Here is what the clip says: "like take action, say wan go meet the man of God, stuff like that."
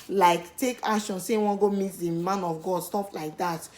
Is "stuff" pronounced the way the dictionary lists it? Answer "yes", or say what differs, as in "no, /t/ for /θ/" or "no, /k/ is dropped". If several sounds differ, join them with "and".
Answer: no, /p/ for /f/